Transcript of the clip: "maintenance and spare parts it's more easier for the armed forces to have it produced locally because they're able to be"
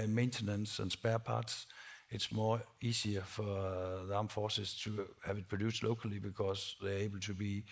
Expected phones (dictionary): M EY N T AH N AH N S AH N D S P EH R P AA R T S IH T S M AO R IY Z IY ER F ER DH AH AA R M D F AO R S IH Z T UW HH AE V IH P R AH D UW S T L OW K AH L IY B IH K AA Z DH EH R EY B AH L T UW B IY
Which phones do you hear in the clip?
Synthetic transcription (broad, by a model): M EY N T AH N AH N S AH N S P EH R P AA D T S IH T S M AO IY S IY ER F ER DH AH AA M F AO S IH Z T UW HH AE V IH P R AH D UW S L OW K AH L IY B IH K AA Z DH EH EY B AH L T UW B IY